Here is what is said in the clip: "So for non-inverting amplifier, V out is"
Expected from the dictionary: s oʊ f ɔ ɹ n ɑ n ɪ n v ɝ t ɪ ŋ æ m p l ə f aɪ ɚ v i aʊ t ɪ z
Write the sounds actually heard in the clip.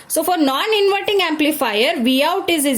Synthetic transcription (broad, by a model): s oʊ f ɔ ɹ n ɑ n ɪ n v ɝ t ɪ ŋ æ m p l ə f aɪ ɚ v i aʊ t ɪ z